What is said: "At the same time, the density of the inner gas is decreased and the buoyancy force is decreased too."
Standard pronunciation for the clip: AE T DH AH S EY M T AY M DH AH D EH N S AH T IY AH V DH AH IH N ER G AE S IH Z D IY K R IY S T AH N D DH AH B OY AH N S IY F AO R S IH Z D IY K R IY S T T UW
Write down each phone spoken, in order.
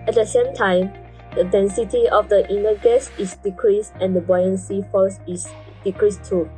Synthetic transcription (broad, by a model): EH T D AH S EY M T AY M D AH D EH N S AH T IY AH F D AH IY N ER G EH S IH S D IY K R IY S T AH N D AH B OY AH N S IY F AO L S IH S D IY K R IY S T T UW